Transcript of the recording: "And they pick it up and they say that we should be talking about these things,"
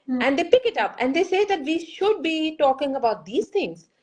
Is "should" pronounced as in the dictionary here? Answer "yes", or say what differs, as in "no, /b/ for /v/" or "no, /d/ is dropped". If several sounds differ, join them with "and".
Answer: yes